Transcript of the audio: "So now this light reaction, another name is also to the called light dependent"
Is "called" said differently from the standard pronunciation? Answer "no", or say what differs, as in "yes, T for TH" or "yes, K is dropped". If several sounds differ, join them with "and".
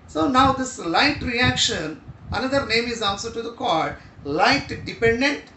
yes, L is dropped